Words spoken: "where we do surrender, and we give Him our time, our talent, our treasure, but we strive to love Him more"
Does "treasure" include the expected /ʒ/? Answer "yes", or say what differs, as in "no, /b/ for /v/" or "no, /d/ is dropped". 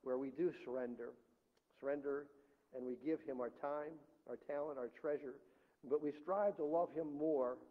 yes